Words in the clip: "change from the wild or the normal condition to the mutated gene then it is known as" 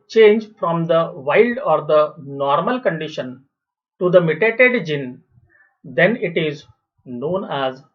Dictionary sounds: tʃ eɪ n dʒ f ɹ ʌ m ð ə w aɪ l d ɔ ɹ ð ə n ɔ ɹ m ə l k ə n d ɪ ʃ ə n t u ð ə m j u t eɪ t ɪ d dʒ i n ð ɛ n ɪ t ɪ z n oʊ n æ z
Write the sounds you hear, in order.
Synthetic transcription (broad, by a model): tʃ eɪ n dʒ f ɹ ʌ m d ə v aɪ l d ɔ ɹ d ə n ɔ ɹ m ə l k ə n d ɪ ʃ ə n t u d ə m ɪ t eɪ t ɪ d dʒ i n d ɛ n ɪ t ɪ z n oʊ n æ z